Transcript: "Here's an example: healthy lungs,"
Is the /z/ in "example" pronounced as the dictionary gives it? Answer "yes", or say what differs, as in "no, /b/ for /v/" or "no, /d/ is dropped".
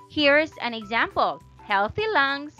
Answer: yes